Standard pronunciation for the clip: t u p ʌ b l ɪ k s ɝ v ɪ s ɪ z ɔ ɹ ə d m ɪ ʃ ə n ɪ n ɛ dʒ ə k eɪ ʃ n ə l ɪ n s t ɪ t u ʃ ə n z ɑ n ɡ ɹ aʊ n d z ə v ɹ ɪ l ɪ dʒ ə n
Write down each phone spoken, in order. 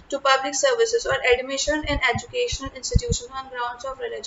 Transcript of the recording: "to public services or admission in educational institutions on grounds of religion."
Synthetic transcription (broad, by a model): t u p ʌ b l ɪ k s ɝ v ɪ s ɪ z ɔ ɹ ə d m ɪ ʃ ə n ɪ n ɛ dʒ ə k eɪ ʃ n ə l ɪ n s t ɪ t u ʃ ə n ɑ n ɡ ɹ aʊ n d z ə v ɹ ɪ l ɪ dʒ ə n